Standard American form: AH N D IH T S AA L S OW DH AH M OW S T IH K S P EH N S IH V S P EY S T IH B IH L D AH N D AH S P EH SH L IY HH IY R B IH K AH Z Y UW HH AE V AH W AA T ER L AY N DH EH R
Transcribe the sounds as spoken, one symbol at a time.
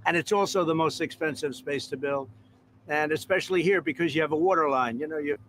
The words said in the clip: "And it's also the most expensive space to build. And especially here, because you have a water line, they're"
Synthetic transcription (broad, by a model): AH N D IH T S AA L S OW DH AH M OW S T IH K S P EH N S IH V S P EY S T IH B IH L AH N AH S P EH SH L IY HH IY R B IH K AH Z Y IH V AH W AA T ER L AY N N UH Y